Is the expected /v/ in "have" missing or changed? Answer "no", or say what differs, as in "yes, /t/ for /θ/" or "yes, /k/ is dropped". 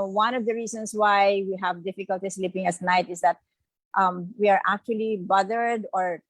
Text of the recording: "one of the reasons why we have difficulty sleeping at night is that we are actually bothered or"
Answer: no